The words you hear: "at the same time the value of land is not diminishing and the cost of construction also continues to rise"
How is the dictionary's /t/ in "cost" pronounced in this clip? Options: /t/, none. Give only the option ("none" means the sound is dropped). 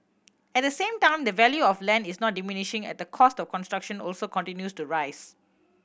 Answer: /t/